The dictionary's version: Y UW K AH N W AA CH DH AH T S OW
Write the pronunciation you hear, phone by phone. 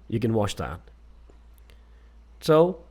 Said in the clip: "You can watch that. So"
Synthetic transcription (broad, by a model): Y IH K AH N W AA SH DH AH T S OW